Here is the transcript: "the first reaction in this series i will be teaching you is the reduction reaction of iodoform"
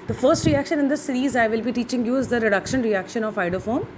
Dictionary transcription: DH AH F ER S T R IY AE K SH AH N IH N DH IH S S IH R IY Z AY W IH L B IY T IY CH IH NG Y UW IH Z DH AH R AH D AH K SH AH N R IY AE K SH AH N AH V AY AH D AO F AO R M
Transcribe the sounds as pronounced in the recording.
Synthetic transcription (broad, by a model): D AH F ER S T R IY AE K SH AH N IH N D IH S S IH R IY Z AY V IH L B IY T IY CH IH NG Y UW IH Z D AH R AH D AH K SH AH N R IY AE K SH AH N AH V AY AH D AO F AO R M